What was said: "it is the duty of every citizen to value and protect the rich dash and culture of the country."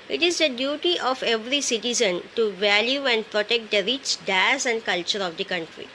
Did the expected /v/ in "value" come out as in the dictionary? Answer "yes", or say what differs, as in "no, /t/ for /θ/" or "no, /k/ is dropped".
yes